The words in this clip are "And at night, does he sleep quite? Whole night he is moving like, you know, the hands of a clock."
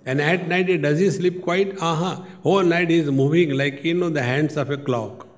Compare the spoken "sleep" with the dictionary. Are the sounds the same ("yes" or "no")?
yes